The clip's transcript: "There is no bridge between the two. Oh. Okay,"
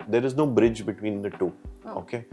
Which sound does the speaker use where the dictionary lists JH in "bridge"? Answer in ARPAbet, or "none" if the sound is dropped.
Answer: JH